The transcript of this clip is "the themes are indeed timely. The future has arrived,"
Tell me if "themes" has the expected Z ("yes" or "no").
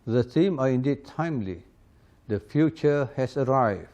no